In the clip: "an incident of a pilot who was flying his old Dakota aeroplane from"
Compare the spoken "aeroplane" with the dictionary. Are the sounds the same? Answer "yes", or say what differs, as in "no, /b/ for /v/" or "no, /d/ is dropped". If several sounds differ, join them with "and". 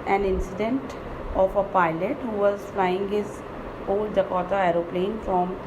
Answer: yes